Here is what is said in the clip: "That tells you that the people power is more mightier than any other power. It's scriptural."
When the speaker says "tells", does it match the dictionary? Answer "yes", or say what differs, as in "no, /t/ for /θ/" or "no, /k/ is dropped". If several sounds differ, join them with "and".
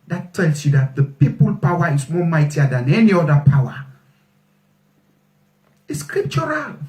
no, /s/ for /z/